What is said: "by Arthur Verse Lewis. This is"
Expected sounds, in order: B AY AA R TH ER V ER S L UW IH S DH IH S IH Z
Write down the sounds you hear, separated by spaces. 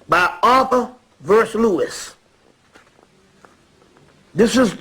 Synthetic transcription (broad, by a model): B AY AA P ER V ER S L UW IH S DH IH S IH Z